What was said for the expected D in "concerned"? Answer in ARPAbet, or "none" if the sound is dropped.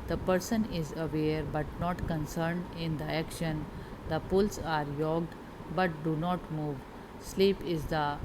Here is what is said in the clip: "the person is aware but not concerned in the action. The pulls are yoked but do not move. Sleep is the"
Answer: D